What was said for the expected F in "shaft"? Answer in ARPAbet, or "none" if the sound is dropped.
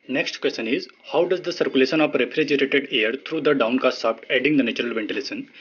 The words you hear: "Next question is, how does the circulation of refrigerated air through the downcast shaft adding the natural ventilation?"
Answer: P